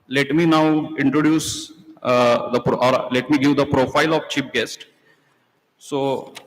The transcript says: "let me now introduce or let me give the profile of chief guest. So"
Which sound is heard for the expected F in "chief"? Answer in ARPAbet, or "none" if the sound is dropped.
P